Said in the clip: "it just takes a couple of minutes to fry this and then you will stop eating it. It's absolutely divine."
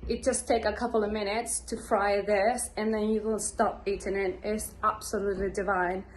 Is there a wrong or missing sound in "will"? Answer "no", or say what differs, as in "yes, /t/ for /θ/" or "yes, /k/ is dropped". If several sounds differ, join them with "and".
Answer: yes, /n/ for /l/